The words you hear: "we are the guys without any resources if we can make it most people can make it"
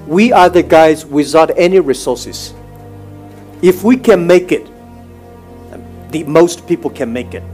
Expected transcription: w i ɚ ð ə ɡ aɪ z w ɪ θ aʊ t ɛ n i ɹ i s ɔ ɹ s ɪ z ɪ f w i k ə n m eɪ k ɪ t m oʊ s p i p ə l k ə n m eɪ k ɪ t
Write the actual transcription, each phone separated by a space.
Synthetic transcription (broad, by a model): w i ɚ ð ə ɡ aɪ z w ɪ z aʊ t ɛ n i ɹ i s ɔ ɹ s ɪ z ɪ f w i k ə n m eɪ k ɪ t m oʊ s p i p l k ə n m eɪ k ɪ t